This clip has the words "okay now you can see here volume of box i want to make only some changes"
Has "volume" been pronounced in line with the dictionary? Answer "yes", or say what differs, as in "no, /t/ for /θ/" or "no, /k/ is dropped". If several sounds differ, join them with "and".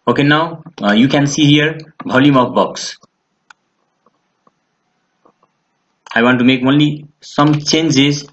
no, /b/ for /v/